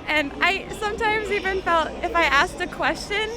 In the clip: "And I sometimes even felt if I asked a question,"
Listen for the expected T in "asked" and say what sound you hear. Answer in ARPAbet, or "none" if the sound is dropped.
T